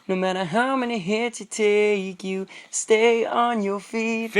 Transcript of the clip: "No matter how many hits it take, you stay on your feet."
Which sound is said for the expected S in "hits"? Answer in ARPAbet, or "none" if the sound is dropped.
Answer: none